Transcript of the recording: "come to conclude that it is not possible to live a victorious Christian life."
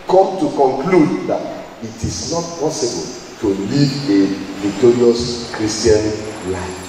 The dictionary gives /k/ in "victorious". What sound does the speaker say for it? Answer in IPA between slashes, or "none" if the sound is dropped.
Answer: none